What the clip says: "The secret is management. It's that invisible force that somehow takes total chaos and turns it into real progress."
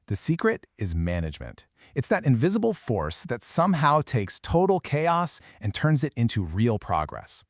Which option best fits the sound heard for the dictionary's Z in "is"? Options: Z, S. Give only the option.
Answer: Z